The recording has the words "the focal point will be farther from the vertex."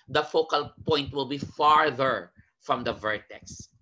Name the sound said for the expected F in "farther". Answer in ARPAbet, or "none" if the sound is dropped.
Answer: F